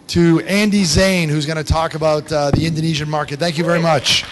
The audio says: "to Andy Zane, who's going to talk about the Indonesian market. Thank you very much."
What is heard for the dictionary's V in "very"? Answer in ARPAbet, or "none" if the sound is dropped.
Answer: V